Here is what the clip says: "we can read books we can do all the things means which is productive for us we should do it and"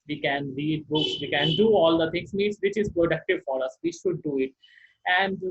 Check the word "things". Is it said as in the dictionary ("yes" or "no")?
no